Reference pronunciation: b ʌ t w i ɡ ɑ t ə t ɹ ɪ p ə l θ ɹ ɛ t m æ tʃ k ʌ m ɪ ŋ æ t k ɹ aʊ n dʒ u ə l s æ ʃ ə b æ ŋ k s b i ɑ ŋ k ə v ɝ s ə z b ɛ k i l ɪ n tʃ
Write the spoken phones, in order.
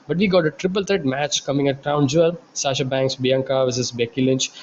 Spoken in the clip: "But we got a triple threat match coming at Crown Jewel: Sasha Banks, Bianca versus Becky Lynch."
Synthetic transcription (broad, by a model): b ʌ t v i ɡ ɑ t ə t ɹ ɪ p ə l t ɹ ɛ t m æ tʃ k ʌ m ɪ ŋ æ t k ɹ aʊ n dʒ u ə l s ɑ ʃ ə b æ ŋ k s b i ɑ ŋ k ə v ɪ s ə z b ɛ k i l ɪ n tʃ